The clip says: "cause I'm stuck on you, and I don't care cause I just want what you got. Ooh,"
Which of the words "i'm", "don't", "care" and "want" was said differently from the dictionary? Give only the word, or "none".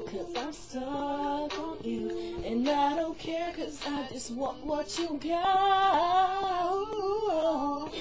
want